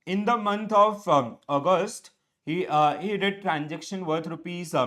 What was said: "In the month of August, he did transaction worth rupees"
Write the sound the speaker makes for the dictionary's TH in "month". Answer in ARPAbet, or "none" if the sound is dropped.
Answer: T